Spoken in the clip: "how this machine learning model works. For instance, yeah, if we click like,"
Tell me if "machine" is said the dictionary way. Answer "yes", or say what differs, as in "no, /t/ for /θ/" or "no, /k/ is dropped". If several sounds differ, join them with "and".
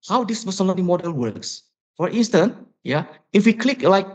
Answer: no, /s/ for /ʃ/